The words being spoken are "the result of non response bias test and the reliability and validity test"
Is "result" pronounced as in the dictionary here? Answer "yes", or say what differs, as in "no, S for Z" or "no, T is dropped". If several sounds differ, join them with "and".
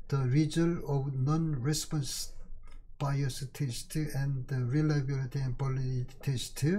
no, T is dropped